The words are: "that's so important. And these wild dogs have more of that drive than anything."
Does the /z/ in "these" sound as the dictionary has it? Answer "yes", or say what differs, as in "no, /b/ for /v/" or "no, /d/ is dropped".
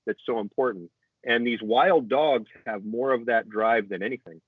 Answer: yes